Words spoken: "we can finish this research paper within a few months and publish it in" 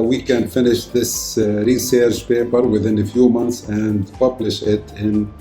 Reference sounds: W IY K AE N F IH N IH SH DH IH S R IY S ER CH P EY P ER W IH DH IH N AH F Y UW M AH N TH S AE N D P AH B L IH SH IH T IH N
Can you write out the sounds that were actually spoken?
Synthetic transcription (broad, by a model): W IY K AE N F IH N IH SH DH IH S R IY S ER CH P EY P ER W IH DH IH N AH F Y UW M AH N TH S AE N D P AH B L IH SH IH T IH N